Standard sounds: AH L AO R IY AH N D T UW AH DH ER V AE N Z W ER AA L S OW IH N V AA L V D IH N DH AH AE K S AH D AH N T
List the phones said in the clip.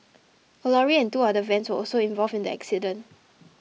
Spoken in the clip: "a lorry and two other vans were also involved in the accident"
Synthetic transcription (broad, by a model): AH L AO R IY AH N T UW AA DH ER V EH N S W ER AA L S OW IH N V AA L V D IH N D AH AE K S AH D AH N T